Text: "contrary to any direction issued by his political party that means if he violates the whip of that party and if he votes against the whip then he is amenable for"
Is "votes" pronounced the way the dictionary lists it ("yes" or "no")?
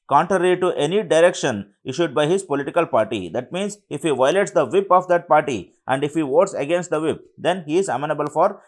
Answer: yes